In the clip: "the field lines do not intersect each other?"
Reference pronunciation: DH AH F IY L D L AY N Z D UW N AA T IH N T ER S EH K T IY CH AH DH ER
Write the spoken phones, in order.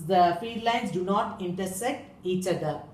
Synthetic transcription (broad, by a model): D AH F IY D L AY N S D UW N AA T IH N T ER S EH K T IY CH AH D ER